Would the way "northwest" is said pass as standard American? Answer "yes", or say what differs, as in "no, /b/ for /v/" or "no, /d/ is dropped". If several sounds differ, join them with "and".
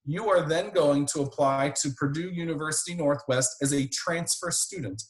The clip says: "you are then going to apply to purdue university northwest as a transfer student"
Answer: yes